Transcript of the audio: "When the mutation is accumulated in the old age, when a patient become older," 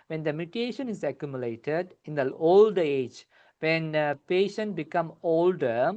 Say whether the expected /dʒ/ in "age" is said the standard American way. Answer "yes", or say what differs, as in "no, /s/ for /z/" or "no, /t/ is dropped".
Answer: yes